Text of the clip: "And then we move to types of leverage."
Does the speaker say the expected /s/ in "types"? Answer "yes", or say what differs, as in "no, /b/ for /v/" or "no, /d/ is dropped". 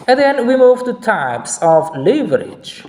yes